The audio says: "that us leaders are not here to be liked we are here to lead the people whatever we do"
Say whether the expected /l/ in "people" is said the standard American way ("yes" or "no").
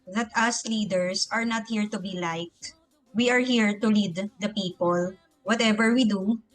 yes